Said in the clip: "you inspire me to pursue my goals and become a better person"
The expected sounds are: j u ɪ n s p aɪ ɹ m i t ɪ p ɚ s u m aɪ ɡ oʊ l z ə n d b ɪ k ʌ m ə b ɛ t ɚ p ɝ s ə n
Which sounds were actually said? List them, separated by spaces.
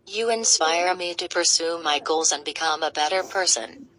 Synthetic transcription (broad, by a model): j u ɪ n s p aɪ ɹ m i t ɪ p ɚ s u m aɪ ɡ oʊ l z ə n b ɪ k ʌ m ə b ɛ t ɚ p ɝ s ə n